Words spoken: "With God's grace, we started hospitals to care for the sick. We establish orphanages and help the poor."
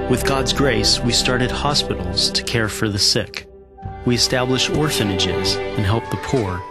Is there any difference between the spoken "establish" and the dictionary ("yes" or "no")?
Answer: no